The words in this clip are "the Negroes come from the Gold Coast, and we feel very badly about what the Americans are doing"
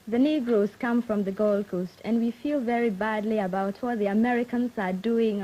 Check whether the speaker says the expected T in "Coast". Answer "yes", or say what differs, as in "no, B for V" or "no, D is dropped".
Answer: yes